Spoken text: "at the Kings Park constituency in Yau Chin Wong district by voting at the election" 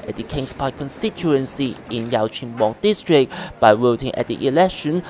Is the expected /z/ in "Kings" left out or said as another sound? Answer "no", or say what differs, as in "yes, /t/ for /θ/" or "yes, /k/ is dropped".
yes, /s/ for /z/